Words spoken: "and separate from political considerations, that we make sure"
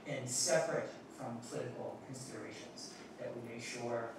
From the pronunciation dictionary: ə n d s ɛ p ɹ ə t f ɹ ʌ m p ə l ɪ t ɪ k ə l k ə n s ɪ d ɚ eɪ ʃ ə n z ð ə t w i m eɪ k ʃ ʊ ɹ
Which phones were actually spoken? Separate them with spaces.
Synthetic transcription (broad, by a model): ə n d s ɛ p ɹ ə t f ɹ ʌ m p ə l ɪ t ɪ k l k ə n s ɪ d ɚ eɪ ʃ ə n z ð ə t w i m eɪ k ʃ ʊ ɹ